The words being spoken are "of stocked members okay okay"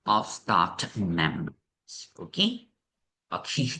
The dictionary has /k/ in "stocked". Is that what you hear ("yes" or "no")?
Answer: no